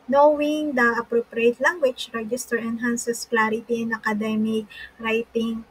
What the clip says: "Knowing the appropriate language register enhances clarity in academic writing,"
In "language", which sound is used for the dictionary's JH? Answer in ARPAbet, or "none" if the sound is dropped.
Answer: CH